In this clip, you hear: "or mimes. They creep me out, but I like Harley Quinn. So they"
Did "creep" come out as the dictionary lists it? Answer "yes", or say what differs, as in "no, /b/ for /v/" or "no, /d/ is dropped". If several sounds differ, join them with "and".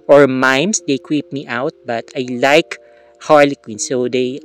no, /w/ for /ɹ/